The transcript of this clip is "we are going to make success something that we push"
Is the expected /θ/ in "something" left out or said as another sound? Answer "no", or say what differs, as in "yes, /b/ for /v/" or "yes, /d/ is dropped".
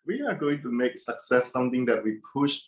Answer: yes, /t/ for /θ/